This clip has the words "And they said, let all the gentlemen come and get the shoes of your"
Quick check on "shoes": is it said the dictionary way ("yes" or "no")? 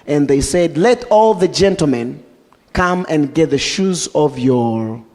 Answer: yes